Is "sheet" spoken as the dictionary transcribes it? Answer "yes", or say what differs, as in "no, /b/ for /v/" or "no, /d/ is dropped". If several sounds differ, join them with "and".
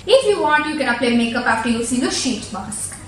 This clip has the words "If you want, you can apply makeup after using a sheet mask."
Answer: yes